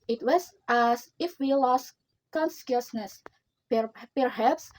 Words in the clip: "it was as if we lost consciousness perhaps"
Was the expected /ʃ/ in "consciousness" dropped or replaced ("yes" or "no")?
yes